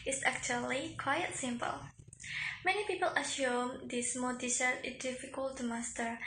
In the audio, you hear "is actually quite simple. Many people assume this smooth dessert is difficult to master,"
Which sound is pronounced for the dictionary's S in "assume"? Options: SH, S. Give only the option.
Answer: SH